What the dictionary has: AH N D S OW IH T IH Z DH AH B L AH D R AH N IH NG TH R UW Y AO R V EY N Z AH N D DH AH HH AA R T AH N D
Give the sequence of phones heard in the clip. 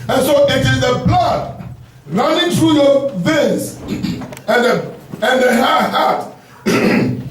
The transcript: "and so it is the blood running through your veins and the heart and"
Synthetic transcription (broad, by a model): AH N S OW IH T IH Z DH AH B L AH D R AH N IH NG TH R UW Y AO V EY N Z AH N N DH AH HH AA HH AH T